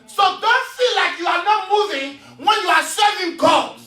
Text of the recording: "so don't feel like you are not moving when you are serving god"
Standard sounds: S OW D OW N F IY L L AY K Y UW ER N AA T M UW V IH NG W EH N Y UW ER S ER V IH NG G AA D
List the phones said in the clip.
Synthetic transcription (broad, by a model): S OW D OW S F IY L L AY K Y UW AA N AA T M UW V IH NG W EH N Y UW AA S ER IH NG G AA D